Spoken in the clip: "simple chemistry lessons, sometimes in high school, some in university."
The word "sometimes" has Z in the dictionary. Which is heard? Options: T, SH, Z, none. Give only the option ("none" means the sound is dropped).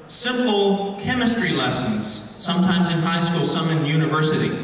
Z